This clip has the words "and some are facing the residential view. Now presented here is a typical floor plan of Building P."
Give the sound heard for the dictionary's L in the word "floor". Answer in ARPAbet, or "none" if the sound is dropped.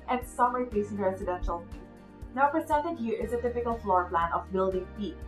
L